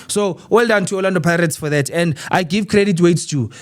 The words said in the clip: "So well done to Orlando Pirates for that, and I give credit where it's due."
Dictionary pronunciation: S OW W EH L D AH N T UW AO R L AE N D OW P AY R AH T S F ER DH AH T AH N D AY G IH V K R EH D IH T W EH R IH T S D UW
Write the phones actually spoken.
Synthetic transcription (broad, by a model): S OW W EH L D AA N T UW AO L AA N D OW P AY R AH T S F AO DH AH T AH N D AY G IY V K R EH D IH T W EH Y T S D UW